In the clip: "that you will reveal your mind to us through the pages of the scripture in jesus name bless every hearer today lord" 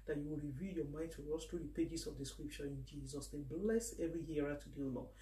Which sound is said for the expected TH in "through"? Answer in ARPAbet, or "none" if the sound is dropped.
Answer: T